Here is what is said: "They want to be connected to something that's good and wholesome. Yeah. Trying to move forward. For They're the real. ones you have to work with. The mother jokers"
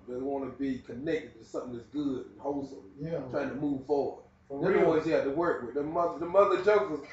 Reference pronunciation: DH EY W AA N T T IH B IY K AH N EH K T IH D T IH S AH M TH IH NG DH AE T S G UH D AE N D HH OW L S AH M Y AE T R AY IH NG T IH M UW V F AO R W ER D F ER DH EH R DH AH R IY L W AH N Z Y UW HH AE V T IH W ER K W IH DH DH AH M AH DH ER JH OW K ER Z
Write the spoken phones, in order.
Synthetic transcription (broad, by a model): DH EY W AA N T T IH B IY K AH N EH K T IH D T IH S AH M TH IH NG DH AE T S G UH D N HH OW L S AH M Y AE T R AY IH NG T IH M UW V F AO R W ER D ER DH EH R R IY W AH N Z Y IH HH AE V T IH W ER K W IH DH DH AH M AH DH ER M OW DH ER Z